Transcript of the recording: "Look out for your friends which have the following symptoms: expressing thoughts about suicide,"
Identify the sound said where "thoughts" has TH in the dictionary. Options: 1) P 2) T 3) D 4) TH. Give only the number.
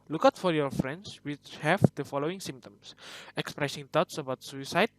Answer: 2